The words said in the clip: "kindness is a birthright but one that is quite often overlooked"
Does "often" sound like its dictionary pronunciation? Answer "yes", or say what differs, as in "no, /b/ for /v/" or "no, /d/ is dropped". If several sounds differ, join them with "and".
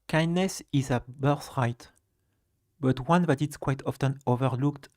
yes